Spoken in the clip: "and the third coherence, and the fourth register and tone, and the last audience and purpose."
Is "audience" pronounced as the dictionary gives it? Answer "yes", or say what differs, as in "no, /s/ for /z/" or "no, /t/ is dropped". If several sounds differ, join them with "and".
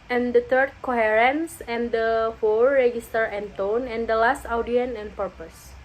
no, /s/ is dropped